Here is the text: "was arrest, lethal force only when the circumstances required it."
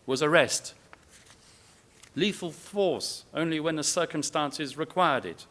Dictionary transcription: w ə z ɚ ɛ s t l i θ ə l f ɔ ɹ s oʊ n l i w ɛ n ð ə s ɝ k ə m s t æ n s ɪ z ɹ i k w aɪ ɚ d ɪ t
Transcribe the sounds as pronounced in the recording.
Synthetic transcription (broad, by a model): w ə z ɚ ɛ s t l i f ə l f ɔ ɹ s oʊ n l i w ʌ n ð ə s ɝ k ə m s t æ n s ɪ z ɹ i k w aɪ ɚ d ɪ t